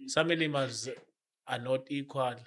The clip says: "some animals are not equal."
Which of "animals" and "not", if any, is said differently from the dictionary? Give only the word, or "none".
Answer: animals